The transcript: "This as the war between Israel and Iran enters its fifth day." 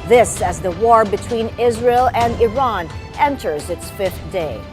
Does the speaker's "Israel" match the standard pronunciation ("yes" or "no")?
yes